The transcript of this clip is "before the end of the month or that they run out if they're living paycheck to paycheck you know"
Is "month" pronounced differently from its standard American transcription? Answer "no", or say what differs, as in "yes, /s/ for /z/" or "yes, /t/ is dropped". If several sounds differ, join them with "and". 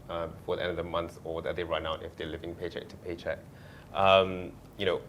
yes, /s/ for /θ/